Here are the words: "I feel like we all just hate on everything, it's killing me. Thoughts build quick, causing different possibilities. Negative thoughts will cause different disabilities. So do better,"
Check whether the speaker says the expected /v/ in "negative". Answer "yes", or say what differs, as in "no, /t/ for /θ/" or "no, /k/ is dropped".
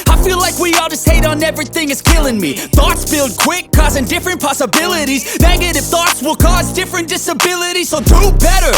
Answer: no, /f/ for /v/